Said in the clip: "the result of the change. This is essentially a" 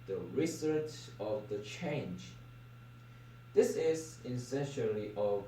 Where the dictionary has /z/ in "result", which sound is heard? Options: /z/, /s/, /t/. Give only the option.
/s/